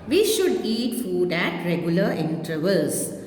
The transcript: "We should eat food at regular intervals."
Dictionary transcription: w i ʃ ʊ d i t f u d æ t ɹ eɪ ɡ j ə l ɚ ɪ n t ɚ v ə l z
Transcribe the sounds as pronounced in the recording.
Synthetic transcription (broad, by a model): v i ʃ ʊ d i t f u d æ t ɹ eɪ ɡ j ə l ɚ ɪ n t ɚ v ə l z